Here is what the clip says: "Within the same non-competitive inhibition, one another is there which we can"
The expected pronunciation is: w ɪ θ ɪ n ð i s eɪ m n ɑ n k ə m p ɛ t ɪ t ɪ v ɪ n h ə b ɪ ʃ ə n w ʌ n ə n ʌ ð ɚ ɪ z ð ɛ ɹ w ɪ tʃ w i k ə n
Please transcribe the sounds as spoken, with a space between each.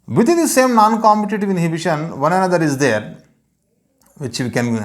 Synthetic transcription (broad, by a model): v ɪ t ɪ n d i s eɪ m n ɑ n k ə m p ɛ t ɪ t ɪ v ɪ n h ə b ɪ ʃ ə n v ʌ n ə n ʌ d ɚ ɪ z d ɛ ɹ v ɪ tʃ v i k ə n